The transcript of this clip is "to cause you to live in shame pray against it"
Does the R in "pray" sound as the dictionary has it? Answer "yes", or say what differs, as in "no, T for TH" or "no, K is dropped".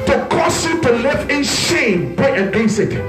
no, R is dropped